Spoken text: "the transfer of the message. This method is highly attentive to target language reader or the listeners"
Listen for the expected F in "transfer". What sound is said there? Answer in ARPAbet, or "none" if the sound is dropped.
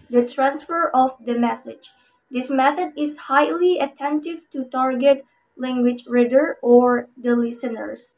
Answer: F